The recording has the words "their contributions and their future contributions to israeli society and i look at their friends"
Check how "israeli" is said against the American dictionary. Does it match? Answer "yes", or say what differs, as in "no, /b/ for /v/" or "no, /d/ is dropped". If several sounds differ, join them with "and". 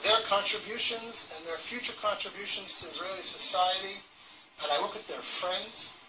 yes